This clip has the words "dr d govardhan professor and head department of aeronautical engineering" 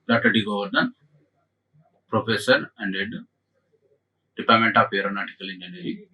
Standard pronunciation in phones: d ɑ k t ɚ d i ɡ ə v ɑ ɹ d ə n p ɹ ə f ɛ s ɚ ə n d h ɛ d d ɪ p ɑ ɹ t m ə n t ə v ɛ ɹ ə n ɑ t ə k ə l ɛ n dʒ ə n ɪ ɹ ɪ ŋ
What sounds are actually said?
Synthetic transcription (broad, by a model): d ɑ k t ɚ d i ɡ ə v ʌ ɹ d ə n p ɹ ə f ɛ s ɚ ə n d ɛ d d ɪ p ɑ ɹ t m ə n t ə p ɛ ɹ ə n ɑ t ə k ə l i n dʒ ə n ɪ ɹ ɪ